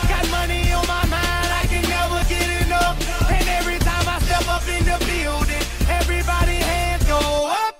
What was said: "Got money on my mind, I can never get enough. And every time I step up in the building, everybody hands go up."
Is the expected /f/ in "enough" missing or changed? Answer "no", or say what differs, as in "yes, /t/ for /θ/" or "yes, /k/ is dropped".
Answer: yes, /f/ is dropped